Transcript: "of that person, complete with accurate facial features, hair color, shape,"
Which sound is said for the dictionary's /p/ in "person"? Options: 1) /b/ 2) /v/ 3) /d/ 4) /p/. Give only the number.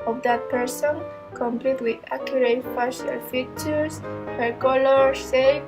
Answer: 4